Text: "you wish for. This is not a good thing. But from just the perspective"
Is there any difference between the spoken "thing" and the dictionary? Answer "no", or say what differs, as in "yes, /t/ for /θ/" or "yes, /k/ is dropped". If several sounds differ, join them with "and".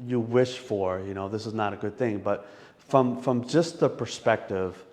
no